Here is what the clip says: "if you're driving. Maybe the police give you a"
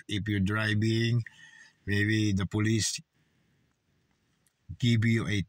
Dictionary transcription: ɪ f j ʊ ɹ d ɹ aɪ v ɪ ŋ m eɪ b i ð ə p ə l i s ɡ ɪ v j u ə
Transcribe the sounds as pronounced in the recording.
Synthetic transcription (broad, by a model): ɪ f j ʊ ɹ d ɹ aɪ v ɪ ŋ m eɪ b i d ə p ə l i s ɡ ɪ b j u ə